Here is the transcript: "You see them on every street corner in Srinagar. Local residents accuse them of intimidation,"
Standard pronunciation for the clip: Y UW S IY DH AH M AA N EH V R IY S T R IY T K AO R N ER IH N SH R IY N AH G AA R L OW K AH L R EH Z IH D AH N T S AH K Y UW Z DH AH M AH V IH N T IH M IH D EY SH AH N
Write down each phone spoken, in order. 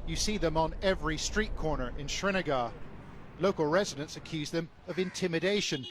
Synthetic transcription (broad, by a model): Y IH S IY DH AH M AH N EH V R IY S T R IY T K AO R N ER IH N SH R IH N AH G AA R L OW K AH L R EH Z IH D AH N T S AH K Y UW Z DH AH M AH V IH N T IH M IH D EY SH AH N